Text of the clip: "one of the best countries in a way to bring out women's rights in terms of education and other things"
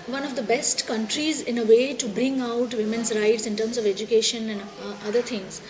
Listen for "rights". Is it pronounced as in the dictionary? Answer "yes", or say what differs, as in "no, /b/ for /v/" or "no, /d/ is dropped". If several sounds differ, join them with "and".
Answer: yes